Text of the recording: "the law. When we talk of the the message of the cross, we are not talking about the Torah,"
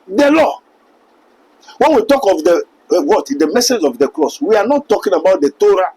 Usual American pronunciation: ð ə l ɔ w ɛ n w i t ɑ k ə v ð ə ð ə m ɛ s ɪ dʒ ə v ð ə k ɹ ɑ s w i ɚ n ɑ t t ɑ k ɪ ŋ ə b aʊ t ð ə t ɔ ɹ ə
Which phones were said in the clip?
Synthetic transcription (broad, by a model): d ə l ɔ w ɛ n w i t ɑ k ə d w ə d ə m ɛ s ɪ dʒ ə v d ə k l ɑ s w i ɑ n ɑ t t ɑ k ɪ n ə b aʊ t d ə t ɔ ɹ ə